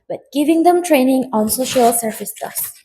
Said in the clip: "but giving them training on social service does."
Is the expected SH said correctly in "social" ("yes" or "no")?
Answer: yes